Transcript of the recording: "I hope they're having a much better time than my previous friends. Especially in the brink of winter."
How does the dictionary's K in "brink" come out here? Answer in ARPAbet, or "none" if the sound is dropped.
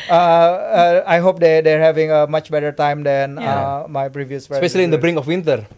none